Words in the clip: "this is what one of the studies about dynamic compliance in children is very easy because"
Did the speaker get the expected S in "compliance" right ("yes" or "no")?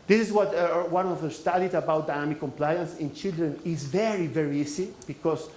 yes